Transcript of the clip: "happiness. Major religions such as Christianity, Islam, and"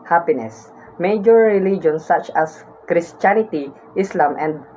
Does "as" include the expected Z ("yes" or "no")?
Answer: no